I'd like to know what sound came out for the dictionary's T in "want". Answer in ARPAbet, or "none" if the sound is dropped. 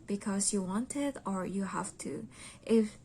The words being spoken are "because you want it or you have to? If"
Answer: T